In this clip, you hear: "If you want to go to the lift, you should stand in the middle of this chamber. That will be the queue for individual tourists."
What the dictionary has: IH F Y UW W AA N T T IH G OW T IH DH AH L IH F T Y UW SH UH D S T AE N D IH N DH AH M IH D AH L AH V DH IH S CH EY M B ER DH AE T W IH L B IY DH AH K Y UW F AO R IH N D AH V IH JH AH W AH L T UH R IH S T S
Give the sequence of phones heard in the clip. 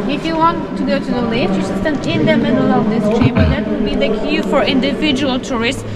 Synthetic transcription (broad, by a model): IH F Y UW W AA N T T IH G OW T IH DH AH L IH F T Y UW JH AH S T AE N IH N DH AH M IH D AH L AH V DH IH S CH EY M ER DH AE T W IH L B IY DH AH K Y UW F AO R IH N D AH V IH JH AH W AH L T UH R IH S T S